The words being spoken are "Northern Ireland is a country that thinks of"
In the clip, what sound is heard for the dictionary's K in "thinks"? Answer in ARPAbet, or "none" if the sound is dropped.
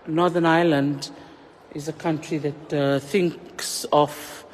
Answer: K